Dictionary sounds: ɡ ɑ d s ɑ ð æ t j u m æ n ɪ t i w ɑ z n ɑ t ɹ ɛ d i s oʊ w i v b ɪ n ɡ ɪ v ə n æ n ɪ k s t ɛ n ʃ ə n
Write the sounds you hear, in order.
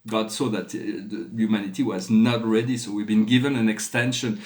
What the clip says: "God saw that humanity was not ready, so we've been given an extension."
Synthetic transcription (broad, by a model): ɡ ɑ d s ɑ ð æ t j u m æ n ɪ t i w ɑ z n ɑ t ɹ ɛ d i s oʊ w i v b ɪ n ɡ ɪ v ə n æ n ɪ k s t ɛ n ʃ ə n